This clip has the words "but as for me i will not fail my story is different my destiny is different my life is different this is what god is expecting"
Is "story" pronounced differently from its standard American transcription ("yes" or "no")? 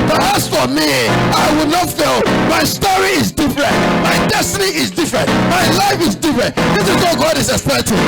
no